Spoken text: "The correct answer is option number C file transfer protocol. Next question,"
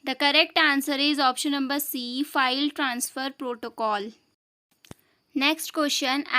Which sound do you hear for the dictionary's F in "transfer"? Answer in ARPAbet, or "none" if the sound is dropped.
F